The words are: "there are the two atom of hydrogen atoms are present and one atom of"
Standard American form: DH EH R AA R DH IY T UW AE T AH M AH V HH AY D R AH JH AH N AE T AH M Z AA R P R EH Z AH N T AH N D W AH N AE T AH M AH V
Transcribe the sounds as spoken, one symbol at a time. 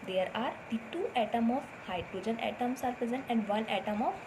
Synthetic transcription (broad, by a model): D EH R AA R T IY T UW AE T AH M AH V HH AY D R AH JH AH N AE T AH M S AA R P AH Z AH N AH N D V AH N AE T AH M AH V